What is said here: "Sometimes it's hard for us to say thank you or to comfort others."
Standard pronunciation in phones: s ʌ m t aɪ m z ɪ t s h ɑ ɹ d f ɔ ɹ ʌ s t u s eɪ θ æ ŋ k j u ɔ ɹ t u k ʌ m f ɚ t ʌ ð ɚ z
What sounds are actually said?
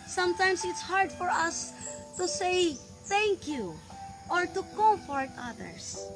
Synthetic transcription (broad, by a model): s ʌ m t aɪ m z ɪ t s h ɑ ɹ d f ɔ ɹ ʌ s t u s eɪ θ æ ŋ k j u ɔ ɹ t u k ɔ f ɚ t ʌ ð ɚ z